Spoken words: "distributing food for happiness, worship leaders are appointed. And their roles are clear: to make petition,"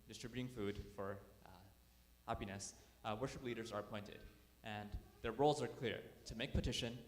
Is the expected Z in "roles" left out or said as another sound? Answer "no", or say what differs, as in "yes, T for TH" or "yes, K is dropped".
no